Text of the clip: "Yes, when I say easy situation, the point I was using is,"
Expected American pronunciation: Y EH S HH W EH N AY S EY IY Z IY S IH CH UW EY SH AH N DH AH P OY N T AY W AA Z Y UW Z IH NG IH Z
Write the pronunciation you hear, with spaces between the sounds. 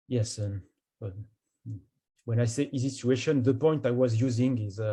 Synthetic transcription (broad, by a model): Y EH S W W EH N AY S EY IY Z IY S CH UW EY SH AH N DH AH P OY N T AY W AA Z Y UW Z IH NG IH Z